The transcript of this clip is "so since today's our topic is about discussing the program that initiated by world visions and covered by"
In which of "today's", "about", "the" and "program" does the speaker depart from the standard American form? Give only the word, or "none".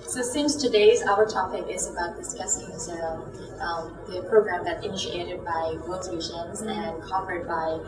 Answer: none